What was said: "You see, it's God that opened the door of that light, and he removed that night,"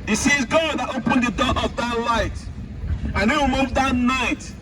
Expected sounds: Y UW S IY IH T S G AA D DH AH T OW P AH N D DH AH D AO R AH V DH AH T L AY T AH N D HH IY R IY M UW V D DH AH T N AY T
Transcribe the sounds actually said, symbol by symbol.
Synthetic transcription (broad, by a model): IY S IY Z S G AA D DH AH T OW P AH N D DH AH D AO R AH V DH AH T L AY T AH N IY W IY M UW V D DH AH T N AY T